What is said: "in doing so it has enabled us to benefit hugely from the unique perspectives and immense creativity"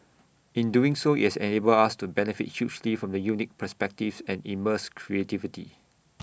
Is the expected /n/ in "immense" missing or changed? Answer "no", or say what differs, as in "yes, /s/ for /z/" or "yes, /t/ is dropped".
yes, /n/ is dropped